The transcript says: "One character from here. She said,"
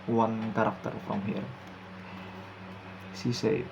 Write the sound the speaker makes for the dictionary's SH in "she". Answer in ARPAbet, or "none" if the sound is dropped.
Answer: S